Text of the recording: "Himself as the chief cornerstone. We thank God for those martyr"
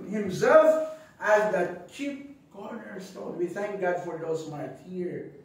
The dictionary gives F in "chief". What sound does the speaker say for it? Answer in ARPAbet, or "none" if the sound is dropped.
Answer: P